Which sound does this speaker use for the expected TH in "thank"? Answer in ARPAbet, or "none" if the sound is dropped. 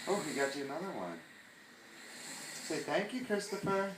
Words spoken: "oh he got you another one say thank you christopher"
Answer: TH